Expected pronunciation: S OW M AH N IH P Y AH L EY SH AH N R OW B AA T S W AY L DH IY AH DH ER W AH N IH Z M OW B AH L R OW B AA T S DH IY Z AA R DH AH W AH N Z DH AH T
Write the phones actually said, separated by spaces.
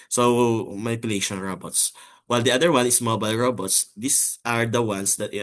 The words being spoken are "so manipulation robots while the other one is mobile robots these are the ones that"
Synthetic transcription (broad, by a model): S OW M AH N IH P Y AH L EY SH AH N R OW B AA T S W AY L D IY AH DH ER W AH N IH S M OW B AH L R OW B AA T S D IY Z AA R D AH W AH N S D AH T